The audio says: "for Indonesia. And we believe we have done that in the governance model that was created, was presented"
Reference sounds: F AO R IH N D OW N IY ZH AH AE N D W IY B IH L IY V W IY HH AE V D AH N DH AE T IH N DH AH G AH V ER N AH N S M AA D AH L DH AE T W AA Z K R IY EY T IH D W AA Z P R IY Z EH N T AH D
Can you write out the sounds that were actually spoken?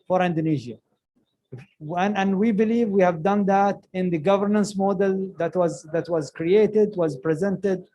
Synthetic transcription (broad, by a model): F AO R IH N D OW N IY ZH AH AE N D W IY B IH L IY V W IY HH AE V D AH N DH AE T IH N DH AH G AH V ER N AH N S M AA D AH L DH AE T W AA Z K R IY EY T IH D W AA Z P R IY Z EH N T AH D